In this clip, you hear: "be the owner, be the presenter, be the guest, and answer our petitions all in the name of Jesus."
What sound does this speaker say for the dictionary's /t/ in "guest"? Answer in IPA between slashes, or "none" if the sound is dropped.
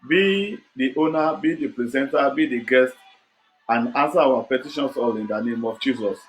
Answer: /t/